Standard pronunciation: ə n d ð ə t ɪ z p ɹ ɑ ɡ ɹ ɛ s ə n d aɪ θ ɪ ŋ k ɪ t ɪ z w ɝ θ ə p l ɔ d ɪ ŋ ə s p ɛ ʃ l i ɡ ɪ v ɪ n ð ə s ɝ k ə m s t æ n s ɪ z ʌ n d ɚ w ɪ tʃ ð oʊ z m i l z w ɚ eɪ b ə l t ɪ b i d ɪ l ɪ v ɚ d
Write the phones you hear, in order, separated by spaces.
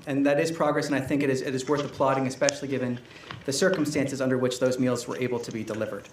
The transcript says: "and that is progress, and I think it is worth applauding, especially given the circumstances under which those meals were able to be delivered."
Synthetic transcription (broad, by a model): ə n ð ə t ɪ z p ɹ ɑ ɡ ɹ ɛ s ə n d aɪ θ ɪ ŋ k ɪ t ɪ z w ɝ θ ə p l ɔ d ɪ ŋ ə s p ɛ ʃ l i ɡ ɪ v ɪ n ð ə s ɝ k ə m s t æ n s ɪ z ʌ n d ɚ w ɪ tʃ ð oʊ z m i l z w ɚ eɪ b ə l t ɪ b i d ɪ l ɪ v ɚ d